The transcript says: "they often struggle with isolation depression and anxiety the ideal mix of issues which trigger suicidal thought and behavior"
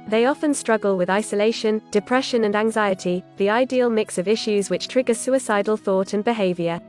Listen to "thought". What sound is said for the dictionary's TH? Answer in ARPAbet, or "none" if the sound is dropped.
TH